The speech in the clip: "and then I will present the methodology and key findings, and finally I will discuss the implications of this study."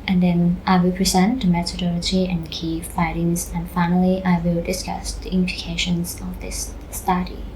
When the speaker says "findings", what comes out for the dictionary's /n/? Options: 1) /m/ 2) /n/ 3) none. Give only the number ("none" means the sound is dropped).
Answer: 3